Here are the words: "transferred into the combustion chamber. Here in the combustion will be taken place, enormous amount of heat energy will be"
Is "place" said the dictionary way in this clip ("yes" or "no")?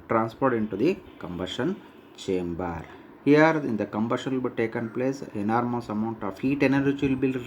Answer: yes